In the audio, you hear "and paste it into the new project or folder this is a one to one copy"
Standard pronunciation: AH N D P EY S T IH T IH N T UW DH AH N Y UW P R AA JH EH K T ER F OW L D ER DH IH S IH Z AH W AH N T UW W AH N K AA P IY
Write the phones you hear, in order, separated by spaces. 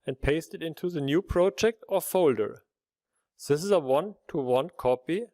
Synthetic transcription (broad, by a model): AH N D P EY S T IH T IH N T UW DH AH N Y UW P R AA JH EH K T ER F OW L D ER DH IH S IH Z AH W AH N T UW W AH N K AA P IY